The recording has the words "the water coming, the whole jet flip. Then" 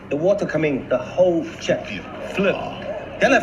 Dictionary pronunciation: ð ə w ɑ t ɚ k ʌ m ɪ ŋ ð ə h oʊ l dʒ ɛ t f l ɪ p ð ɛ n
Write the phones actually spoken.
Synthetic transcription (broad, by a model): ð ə w ɑ t ɚ k ʌ m ɪ ŋ ð ə h oʊ l tʃ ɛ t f l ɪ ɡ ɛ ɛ